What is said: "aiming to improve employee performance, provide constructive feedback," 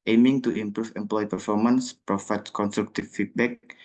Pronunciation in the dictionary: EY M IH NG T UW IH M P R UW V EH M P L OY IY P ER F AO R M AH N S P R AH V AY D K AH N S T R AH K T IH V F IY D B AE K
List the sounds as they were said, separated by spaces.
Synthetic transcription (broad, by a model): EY M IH NG T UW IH M P R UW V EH M P L OY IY P ER F AO R M AH N S P R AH F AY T K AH N S T R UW K T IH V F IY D B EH K